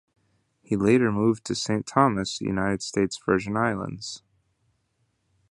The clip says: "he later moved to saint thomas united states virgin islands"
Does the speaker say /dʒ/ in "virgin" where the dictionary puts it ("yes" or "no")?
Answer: no